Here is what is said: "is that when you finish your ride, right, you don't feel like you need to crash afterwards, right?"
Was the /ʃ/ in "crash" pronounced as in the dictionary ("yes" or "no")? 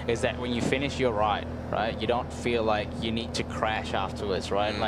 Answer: yes